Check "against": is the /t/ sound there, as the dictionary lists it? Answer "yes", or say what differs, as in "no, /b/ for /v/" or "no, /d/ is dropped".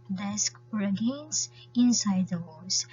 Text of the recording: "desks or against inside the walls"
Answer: no, /t/ is dropped